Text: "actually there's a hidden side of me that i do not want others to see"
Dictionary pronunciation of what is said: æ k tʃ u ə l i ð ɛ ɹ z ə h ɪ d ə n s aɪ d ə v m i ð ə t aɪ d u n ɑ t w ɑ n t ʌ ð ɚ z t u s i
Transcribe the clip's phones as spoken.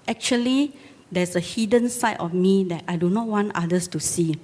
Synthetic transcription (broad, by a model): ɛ k tʃ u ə l i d ɛ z ə h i d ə n s aɪ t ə f m i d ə t aɪ d u n ɑ t w ɑ n t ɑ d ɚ s t u s i